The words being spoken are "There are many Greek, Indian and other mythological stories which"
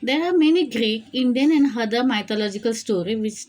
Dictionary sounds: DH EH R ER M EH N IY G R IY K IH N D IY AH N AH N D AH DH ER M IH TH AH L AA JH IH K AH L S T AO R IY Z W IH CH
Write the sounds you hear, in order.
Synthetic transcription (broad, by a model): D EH R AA M EH N IY G R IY K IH N D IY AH N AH N D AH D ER M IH T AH L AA JH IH K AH L S T AO R IY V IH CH